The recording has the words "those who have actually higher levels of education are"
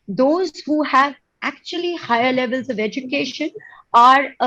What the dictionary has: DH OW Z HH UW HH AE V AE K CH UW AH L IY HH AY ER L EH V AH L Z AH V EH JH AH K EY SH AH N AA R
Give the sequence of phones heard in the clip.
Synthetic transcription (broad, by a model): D OW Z HH UW HH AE V AE K CH UW AH L IY HH AY ER L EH V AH L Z AH V EH JH AH K EY SH AH N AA R